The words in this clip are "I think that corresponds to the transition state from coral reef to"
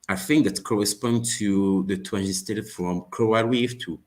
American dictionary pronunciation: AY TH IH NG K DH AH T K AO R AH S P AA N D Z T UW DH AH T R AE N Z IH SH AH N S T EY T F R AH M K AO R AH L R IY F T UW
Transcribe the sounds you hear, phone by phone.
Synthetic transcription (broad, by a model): AY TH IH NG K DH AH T K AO R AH S P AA N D T UW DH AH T W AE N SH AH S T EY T F R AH M K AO AH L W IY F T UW